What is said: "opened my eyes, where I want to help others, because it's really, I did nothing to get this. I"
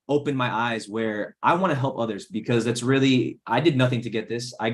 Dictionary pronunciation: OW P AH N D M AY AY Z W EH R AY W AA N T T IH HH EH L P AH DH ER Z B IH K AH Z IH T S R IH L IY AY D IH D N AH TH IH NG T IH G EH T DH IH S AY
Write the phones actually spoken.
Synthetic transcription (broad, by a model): OW P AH N M AY AY Z W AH R AY W AA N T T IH HH EH L P AH DH ER Z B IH K AH Z IH T S R IH L IY AY D IH D N AH TH IH NG T IH G EH T DH IH S AY